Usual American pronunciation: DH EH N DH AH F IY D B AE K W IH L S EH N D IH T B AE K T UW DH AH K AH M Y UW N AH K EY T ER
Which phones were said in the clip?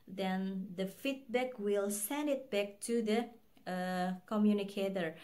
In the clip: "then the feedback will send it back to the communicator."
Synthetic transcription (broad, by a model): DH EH N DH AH F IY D B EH K W IH L S EH N D IH T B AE K T UW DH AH K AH M Y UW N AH K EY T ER